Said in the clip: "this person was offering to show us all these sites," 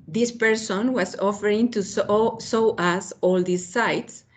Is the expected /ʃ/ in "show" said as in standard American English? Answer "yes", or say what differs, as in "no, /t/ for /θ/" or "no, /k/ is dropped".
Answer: no, /s/ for /ʃ/